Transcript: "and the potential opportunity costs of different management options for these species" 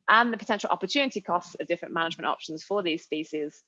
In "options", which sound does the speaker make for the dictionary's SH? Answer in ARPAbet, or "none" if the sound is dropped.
SH